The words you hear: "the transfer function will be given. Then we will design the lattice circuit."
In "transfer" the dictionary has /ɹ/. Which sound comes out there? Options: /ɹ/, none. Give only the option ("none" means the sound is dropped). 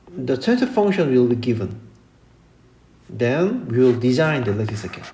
none